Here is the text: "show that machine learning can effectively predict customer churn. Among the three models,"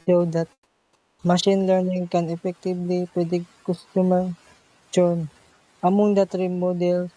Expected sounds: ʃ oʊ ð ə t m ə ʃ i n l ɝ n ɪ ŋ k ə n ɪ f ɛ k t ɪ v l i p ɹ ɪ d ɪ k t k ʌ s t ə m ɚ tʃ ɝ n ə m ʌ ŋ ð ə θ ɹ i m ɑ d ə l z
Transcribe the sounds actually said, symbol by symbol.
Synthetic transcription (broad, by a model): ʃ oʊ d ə t m ə ʃ i n l ɝ n ɪ ŋ k ə n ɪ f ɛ k t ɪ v l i p w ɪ d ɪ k k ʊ s t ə m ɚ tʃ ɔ n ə m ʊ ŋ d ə t ɹ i m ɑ d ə l